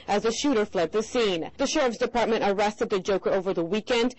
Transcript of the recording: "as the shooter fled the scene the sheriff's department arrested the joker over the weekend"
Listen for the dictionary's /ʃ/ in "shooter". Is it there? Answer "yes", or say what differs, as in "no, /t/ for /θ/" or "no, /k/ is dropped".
yes